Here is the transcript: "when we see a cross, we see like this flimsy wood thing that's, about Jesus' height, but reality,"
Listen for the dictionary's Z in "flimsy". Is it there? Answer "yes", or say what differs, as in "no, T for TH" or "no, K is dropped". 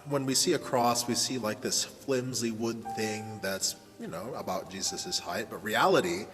yes